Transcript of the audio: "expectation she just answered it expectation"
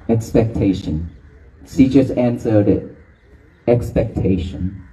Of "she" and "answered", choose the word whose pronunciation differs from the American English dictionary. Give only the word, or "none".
she